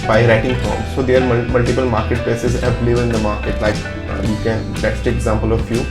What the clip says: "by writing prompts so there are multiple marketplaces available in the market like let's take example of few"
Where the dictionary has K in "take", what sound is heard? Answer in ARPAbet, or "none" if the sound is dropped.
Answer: none